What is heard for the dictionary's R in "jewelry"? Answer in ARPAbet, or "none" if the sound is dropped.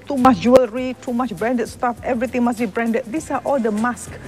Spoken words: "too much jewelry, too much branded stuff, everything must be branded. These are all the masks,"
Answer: R